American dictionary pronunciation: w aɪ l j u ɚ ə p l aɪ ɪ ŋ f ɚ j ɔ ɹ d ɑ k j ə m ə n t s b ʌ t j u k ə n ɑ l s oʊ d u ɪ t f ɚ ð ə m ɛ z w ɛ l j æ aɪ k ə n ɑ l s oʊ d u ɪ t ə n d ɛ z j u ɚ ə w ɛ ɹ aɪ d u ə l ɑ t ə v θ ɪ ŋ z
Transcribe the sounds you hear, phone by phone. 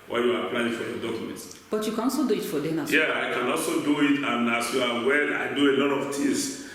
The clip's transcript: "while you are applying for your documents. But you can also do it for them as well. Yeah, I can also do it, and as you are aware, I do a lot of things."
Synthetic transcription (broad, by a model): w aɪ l j u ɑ ə p l aɪ ɪ ŋ f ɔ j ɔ d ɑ k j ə m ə n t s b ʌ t j u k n ɑ l s oʊ d u ɪ t f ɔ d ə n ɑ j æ aɪ k ə n ɑ l s oʊ d u ɪ t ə n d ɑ s j u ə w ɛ aɪ d u ə l ɑ t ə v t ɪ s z